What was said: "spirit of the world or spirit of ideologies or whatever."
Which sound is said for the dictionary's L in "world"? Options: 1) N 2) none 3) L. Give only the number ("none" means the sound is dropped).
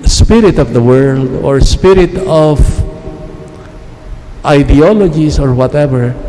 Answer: 3